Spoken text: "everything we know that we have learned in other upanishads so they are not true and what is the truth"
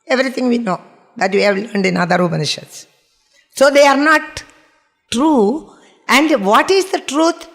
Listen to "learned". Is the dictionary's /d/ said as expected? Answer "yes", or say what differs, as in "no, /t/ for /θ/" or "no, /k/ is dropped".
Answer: yes